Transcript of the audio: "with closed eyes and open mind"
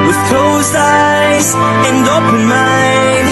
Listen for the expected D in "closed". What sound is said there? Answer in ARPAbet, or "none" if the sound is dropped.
none